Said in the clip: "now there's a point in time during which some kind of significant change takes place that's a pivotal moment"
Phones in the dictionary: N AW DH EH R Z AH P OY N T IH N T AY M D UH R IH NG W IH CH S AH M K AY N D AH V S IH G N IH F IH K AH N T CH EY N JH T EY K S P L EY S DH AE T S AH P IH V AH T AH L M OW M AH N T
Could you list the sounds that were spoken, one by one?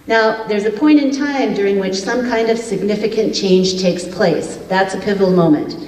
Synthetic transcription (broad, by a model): N AW DH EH R Z AH P OY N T IH N T AY M D UH R IH NG W IH CH S AH M K AY N D AH V S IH G N IH F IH K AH N CH EY N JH T EY K S P L EY S DH AE T S AH P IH V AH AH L M OW M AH N T